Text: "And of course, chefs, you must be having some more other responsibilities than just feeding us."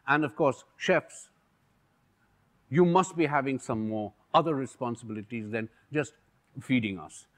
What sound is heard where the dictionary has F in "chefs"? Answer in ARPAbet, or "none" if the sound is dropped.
F